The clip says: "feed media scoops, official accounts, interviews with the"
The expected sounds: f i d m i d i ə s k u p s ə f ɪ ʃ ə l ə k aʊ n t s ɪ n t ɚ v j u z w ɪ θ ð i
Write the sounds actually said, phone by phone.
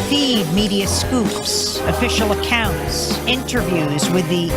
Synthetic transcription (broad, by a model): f i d m i d i ə s k u p s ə f ɪ ʃ l ə k aʊ n t s ɪ n t ɚ v j u z w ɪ ð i